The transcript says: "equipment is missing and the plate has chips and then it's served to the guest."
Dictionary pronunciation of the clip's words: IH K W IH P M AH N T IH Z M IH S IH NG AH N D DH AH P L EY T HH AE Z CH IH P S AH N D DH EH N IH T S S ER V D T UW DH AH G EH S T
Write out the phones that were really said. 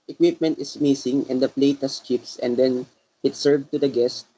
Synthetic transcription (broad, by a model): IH K W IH P M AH N T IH S M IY S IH NG AH N D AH P L EY T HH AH S CH IH P S AH N D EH N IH T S S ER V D T UW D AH G EH S T